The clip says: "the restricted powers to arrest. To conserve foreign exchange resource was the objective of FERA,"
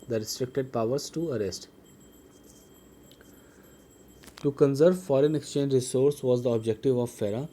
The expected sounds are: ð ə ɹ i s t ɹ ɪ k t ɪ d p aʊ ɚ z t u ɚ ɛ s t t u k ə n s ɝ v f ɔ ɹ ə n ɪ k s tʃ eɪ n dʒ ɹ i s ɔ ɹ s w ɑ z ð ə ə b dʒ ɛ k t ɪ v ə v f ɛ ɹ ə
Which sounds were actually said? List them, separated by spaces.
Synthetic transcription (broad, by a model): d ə ɹ i s t ɹ ɪ k t ɪ d p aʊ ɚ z t u ɚ ɛ s t t u k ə n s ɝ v f ɔ ɹ ə n ɪ k s tʃ eɪ n dʒ ɹ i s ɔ ɹ s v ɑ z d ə ə b dʒ ɛ k t ɪ v ə v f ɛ ɹ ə